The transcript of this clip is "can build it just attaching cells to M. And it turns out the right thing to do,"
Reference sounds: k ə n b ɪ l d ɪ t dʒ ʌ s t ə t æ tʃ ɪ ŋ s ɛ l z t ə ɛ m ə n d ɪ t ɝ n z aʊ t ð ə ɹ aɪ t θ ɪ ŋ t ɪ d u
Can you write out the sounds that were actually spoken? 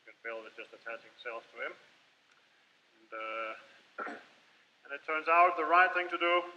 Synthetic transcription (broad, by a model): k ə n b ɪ l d ɪ t dʒ ʌ s t ə t æ tʃ ɪ ŋ s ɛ l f t ə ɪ m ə n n ɪ t ɝ n z aʊ t ð ə ɹ aɪ t θ ɪ ŋ t ɪ d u